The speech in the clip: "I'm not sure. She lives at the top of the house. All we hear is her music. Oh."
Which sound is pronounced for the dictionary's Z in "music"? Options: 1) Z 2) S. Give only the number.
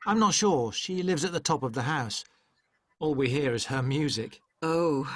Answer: 1